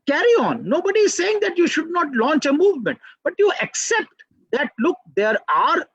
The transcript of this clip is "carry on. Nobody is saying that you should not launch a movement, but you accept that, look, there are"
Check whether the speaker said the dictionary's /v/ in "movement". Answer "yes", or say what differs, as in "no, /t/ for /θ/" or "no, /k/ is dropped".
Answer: yes